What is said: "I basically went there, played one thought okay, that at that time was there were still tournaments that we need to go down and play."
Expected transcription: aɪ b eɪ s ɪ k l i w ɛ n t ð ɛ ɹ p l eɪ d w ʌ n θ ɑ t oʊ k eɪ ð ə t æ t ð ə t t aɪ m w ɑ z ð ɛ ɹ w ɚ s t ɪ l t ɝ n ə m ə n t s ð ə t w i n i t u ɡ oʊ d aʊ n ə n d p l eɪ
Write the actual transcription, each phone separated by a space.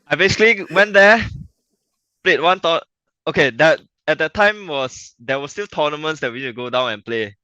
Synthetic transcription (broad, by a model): aɪ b eɪ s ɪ k l i w ɛ n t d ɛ p l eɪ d w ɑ n t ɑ oʊ k eɪ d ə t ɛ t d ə t t aɪ m w ɑ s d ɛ w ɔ s t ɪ l t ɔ n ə m ə n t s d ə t w i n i t u ɡ oʊ d aʊ n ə n p l eɪ